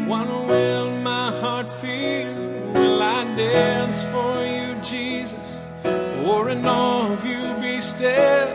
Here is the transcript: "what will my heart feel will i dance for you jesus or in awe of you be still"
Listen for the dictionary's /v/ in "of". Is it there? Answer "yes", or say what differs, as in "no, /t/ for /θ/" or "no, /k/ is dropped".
yes